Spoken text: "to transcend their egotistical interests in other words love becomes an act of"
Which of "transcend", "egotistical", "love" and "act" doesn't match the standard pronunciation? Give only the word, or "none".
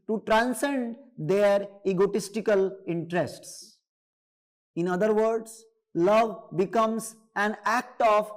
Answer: none